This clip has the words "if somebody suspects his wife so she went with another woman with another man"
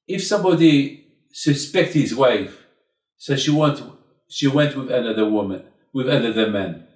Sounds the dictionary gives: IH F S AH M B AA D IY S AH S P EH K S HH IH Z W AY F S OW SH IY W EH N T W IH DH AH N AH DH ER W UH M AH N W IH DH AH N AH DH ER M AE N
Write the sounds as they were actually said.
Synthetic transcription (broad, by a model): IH F S AH M B AA D IY S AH S P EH K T HH IH Z W AY F S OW SH IY W EH N T W IH DH AH N AH DH ER W UH M AH N W IH DH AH N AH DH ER M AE N